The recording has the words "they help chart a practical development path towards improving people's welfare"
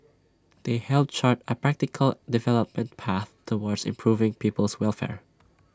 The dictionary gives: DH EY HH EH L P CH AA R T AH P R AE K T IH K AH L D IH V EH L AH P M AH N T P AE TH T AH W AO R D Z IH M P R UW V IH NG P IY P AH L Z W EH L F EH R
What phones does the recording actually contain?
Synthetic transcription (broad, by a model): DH EY HH EH L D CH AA R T AH P R AE K T IH K AH L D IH V EH L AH P M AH N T P AE TH T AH W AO R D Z IH M P R UW V IH NG P IY P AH L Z W EH L F EH R